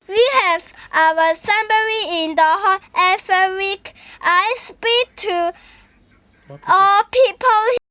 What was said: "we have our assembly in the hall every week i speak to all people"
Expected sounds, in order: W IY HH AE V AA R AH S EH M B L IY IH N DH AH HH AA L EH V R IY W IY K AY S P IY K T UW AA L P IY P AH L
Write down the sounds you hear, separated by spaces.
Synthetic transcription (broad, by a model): W IY HH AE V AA W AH S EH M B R IY IH N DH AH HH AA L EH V IY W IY K AY S P IY K T UW AA L P IY P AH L